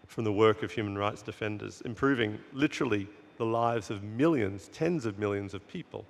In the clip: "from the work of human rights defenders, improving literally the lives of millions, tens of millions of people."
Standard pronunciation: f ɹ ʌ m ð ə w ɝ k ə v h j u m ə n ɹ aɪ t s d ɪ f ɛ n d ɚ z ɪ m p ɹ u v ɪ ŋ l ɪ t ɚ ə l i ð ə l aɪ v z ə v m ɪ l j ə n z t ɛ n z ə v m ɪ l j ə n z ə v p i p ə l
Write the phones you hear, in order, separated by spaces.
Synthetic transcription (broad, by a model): f ɹ ʌ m ð ə w ɝ k ə v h j u m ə n ɹ aɪ t s d ɪ f ɛ n d ɚ z ɪ m p ɹ u v ɪ ŋ l ɪ t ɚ l i ð ə l aɪ v z ə v m ɪ l j ə n z t ɛ n z ə v m ɪ l j ə n z ə v p i p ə l